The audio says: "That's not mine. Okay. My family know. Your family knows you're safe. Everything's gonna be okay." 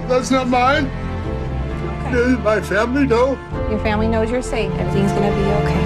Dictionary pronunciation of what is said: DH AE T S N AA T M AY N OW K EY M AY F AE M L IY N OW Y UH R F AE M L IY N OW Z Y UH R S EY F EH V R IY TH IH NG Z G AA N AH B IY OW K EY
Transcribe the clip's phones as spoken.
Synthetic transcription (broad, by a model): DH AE T S N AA T M AY N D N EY M AY F AE M L IY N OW Y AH R F AE M L IY N OW Z Y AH R S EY IH R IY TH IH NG Z G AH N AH B IY OW K EY